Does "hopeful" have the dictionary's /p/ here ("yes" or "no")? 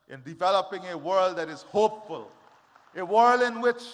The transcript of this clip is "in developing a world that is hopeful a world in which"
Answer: yes